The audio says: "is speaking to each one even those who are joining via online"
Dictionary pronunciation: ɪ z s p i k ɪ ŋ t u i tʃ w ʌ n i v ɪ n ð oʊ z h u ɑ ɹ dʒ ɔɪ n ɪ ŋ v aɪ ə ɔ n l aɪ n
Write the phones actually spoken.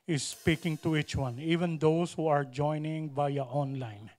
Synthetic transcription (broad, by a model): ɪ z s p i k ɪ ŋ t u i tʃ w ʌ n i v ɪ n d oʊ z h u ɑ ɹ dʒ ɔɪ n ɪ ŋ b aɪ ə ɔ n l aɪ n